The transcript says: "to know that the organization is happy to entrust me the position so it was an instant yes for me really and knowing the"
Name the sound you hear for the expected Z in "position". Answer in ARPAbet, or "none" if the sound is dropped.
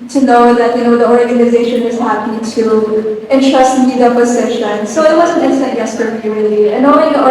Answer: S